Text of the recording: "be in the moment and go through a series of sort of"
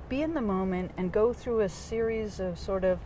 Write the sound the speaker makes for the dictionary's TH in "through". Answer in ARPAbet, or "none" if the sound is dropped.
TH